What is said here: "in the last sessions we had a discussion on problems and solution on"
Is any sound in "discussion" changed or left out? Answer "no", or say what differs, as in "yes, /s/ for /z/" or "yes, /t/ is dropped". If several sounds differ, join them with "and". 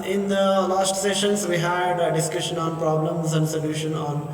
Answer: no